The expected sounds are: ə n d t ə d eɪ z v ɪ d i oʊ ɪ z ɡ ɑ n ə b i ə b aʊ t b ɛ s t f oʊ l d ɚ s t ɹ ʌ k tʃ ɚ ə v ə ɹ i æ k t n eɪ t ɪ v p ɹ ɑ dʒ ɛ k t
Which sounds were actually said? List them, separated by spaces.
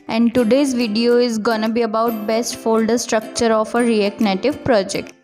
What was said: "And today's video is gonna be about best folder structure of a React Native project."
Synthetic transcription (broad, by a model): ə n d t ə d eɪ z v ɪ d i oʊ ɪ z ɡ ɑ n ə b i ə b aʊ t b ɛ s t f oʊ l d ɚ s t ɹ ʌ k tʃ ɚ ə f ə ɹ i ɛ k n eɪ t ɪ v p ɹ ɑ dʒ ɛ k t